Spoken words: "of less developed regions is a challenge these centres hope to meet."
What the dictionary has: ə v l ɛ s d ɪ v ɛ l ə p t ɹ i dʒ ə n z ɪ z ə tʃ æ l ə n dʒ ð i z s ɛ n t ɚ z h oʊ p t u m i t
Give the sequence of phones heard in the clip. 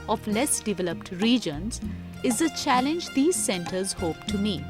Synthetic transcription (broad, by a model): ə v l ɛ s d ɪ v ɛ l ə p t ɹ i dʒ ə n z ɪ z ə tʃ æ l ə n dʒ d i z s ɛ n t ɚ z h oʊ p t u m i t